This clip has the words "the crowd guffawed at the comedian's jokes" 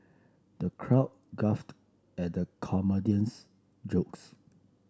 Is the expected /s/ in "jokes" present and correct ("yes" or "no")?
yes